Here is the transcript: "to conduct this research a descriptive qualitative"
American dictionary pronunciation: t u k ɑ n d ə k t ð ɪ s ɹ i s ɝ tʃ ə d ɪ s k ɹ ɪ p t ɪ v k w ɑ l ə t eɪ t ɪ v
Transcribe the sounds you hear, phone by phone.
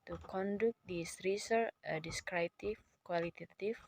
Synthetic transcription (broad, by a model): t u k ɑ n d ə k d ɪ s ɹ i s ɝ ə d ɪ s k ɹ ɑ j t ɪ f k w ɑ l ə t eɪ t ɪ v